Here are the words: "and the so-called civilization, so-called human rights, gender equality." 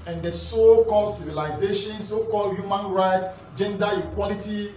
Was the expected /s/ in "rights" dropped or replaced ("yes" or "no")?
yes